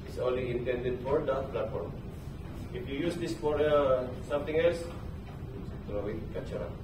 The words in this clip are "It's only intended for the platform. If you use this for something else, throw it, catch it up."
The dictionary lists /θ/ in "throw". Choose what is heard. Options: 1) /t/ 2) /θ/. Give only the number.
1